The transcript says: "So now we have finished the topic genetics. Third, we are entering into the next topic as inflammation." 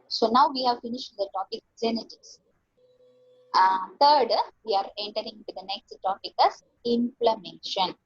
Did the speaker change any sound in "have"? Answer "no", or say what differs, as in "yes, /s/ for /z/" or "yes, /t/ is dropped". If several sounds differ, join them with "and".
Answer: no